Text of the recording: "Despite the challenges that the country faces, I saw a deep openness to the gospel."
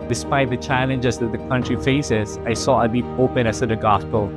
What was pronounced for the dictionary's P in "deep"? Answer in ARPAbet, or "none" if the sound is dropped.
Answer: none